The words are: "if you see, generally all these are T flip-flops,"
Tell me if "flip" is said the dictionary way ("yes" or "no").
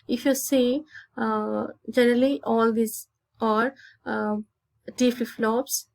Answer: no